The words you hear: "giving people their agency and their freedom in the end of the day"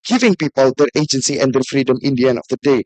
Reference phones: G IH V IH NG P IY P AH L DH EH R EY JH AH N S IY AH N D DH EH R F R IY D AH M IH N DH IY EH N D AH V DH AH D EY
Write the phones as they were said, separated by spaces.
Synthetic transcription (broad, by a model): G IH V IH NG P IY P AH L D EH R EY JH AH N S IY AH N D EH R F R IY D AH M IH N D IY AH N AH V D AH D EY